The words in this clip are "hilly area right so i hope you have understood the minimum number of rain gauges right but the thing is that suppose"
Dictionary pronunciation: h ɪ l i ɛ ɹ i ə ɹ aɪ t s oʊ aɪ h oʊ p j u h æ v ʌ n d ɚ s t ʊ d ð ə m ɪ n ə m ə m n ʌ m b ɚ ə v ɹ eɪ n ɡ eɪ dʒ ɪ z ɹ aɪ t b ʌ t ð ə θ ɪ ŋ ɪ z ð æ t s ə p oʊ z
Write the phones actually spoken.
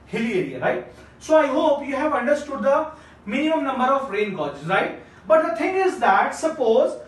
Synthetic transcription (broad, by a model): h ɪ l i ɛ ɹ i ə ɹ aɪ t s oʊ aɪ h oʊ p j u h æ v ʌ n d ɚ s t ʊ d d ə m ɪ n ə m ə m n ʌ m b ɚ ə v ɹ eɪ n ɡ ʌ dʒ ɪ ɹ aɪ t b ʌ t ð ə t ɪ ŋ ɪ z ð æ t s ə p oʊ z